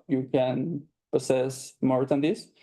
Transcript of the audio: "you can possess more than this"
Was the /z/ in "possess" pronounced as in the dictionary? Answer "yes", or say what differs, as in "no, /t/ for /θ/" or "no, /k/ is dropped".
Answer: no, /s/ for /z/